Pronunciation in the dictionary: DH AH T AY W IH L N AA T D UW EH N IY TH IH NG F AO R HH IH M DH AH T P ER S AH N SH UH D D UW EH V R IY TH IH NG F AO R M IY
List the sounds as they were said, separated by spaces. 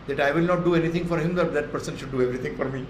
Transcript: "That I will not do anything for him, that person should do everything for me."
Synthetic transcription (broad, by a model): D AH T AY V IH L N AA T D UW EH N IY T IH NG F AO R HH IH M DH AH T P ER S AH N SH UH D D UW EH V R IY T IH NG F AO R M IY